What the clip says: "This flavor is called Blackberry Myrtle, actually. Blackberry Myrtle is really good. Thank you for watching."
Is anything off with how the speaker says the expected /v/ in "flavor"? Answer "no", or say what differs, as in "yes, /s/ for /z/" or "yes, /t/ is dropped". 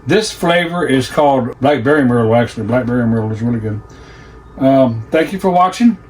no